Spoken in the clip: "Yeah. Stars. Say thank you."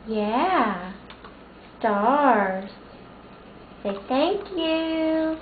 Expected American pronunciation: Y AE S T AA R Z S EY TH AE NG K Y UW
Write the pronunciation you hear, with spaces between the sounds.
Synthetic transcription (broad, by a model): Y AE S T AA R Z S EY TH AE NG K Y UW